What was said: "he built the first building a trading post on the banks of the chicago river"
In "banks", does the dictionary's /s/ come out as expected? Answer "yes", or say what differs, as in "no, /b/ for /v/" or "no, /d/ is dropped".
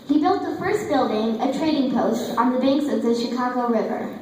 yes